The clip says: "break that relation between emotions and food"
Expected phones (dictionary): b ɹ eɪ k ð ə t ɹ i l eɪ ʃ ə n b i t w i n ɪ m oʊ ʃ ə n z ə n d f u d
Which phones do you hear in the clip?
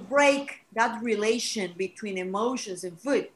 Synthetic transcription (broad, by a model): b ɹ eɪ k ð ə t ɹ i l eɪ ʃ ə n b i t w i n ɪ m oʊ ʃ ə n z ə n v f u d